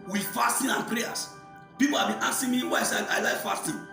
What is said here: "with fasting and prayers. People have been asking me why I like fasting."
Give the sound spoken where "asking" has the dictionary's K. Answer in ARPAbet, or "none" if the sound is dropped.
none